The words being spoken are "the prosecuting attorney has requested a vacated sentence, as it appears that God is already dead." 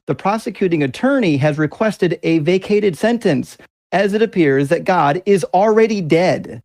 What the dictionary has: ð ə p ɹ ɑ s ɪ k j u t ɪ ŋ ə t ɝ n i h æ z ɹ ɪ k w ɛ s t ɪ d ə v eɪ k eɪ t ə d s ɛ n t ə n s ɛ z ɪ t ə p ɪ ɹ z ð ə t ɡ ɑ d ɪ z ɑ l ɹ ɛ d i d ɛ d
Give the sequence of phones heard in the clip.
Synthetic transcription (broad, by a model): ð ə p ɹ ɑ s ɪ k j u t ɪ ŋ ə t ɝ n i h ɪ z ɹ ɪ k w ɛ s t ɪ d ə v eɪ k eɪ t ə d s ɛ n t ə n s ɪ z ɪ t ə p ɪ ɹ z ð ə t ɡ ɑ d ɪ z l ɹ ɛ d i d ɛ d